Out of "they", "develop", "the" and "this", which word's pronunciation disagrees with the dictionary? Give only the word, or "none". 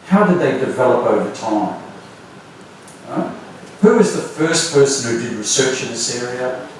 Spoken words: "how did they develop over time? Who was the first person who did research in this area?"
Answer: none